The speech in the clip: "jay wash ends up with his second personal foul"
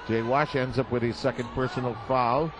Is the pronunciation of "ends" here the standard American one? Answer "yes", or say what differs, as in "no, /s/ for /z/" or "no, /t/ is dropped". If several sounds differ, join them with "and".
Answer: yes